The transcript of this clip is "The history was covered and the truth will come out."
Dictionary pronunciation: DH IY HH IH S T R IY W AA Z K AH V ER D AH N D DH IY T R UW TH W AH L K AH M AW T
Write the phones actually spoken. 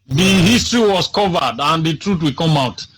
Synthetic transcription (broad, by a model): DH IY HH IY S T R IY W AA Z K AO V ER D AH N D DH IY T R UW T W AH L K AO M AW T